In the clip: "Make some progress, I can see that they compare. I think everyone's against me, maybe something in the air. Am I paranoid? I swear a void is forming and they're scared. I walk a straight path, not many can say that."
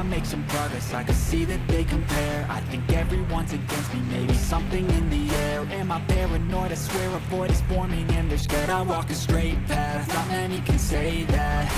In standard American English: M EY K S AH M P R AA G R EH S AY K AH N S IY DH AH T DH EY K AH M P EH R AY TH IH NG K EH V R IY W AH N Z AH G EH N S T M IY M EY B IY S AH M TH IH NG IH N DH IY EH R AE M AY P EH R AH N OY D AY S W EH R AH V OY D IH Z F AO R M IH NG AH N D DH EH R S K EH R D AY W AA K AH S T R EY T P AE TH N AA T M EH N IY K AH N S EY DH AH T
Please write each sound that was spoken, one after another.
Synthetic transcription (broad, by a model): M EY K S AH M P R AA G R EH S AY K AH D S IY DH AH T DH EY K AH M P EH R AY TH IH NG K EH V R IY W AH N Z AH G EH N S T M IY M EY B IY S AH M TH IH NG IH N DH IY EH R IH M AY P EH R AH N OY D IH S W EH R AH B OY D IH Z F AO R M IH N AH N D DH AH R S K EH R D AY W AA K AH S T R EY T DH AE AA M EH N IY K AH N S EY DH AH T